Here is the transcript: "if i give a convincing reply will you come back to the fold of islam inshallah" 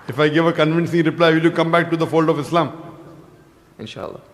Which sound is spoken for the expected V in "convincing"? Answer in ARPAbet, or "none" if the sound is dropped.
V